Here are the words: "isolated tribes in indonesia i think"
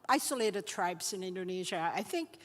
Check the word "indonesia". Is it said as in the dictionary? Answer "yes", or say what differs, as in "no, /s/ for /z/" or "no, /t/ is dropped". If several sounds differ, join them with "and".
yes